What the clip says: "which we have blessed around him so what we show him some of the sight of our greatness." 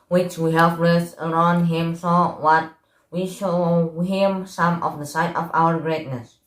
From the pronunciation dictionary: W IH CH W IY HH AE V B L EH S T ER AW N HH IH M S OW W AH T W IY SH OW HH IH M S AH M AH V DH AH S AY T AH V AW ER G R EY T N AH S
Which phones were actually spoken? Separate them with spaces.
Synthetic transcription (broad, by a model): W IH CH W IY HH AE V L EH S ER AW N HH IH M S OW W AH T W IY SH OW HH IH M S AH M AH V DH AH S AY T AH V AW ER G R EY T N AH S